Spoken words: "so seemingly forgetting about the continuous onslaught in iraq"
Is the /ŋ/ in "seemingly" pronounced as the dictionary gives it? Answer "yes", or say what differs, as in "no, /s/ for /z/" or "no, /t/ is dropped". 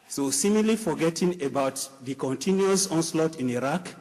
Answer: no, /ŋ/ is dropped